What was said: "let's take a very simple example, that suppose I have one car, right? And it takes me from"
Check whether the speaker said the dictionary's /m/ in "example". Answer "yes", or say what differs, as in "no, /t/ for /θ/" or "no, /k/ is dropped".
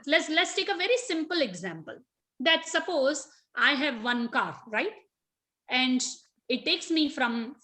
yes